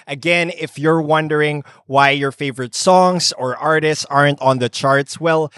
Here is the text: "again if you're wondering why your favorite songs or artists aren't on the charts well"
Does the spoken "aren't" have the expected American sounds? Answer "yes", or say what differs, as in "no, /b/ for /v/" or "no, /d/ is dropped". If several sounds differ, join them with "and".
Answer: yes